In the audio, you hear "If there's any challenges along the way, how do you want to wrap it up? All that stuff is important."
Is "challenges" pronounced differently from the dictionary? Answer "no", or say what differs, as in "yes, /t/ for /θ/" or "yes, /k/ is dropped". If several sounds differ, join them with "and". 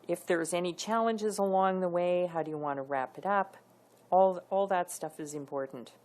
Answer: no